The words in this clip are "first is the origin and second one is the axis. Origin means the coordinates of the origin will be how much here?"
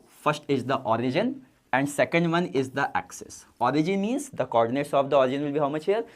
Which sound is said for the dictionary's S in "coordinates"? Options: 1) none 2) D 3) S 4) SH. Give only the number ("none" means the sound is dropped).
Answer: 1